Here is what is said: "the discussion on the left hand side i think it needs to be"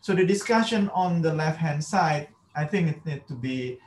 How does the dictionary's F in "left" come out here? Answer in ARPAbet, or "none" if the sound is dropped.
F